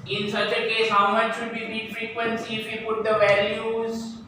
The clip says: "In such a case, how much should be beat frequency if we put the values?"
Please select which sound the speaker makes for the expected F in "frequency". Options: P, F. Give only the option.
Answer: F